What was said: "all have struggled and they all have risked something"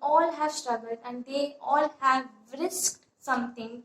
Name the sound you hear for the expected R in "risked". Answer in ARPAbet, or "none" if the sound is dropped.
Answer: R